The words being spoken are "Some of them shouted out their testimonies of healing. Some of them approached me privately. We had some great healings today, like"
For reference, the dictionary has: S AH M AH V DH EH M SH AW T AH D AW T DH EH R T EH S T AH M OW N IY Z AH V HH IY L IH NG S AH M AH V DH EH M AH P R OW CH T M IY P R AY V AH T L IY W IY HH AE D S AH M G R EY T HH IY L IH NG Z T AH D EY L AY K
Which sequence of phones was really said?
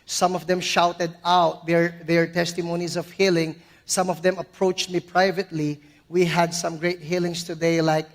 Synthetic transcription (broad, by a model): S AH M AH V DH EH M SH AW T AH D AW T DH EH R T EH S T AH M OW N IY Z AH V HH IY L IH NG S AH M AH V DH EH M AH P R OW CH T M IY P R AY V AH T L IY W IY HH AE D S AH M G R EY T HH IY L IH NG S T AH D EY L AY K